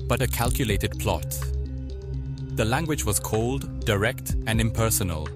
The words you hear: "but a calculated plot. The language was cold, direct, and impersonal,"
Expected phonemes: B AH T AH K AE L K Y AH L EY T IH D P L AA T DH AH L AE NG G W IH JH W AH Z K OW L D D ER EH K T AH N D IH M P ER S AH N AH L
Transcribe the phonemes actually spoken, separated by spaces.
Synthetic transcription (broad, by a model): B AH T AH K AE L K Y AH L EY T IH D P L AA T DH AH L AE NG G W IH JH W AH Z K OW L D D ER EH K T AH N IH M P ER S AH N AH L